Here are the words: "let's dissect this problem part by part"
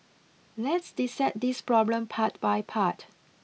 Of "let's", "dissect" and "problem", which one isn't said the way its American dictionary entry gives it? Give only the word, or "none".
dissect